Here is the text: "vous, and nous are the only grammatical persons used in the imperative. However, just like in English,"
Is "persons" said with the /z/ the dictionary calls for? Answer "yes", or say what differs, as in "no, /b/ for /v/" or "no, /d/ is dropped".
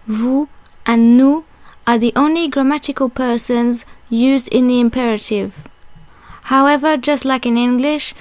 yes